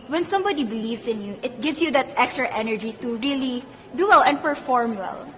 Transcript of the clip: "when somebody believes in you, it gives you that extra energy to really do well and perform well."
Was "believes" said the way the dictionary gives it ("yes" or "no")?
no